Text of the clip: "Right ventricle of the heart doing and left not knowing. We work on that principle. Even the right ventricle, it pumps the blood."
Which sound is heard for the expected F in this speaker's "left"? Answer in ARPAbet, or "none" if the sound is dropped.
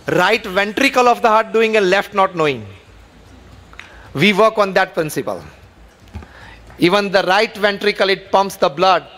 F